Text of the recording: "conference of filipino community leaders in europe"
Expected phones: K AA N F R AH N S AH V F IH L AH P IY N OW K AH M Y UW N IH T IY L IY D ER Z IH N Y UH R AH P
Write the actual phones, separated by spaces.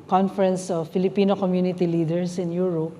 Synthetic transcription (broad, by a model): K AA N F R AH N S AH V F IH L AH P IY N OW K AH M Y UW N IH T IY L IY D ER S IH N Y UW R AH P